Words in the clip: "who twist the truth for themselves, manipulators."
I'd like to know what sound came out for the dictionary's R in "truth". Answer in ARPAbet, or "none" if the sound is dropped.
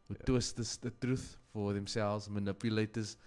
R